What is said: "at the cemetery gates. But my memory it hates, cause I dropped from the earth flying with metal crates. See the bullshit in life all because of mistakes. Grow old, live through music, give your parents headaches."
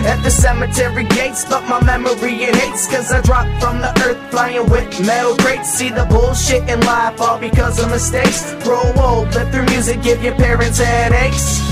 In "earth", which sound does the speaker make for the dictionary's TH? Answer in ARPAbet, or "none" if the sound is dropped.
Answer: TH